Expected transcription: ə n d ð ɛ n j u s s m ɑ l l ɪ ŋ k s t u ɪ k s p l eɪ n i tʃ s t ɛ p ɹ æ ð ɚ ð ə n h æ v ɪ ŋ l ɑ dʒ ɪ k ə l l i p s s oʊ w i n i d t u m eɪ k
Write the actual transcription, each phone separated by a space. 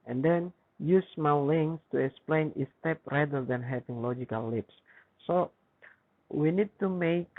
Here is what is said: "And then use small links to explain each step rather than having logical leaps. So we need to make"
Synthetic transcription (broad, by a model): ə n d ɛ n j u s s m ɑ w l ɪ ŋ s t u ɪ k s p l eɪ n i s t ɛ p ɹ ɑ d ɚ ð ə n h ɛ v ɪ ŋ l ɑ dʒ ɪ k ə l l i p s s oʊ w i n i d t u m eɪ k